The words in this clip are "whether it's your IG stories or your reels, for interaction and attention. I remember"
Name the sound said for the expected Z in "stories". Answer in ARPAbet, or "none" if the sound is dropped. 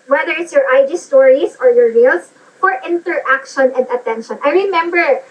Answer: S